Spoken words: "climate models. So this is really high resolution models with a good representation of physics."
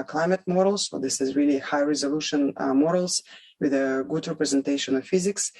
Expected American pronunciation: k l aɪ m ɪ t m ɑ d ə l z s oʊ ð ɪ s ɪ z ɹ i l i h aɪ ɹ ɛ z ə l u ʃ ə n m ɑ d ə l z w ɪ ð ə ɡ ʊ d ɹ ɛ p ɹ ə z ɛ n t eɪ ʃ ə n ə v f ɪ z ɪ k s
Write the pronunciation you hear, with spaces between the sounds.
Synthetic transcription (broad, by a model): k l aɪ m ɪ t m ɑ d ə l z s oʊ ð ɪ s ɪ z ɹ i l i h aɪ ɹ ɛ z ə l u ʃ ə n m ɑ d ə l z w ɪ ð ə ɡ ʊ d ɹ ɛ p ɹ ə z ɛ n t eɪ ʃ ə n ə v f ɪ z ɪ k s